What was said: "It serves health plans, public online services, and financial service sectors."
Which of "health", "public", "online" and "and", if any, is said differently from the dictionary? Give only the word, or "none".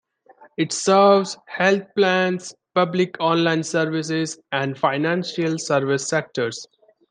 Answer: health